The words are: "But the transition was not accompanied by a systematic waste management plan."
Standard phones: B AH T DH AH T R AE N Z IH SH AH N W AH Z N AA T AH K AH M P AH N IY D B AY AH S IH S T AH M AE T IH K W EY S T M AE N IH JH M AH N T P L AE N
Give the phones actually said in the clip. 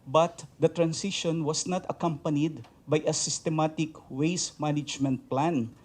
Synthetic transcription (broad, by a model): B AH T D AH T R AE N S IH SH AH N W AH S N AA T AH K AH M P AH N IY D B AY AH S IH S T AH M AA T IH K W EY S M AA N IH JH M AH N T P L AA N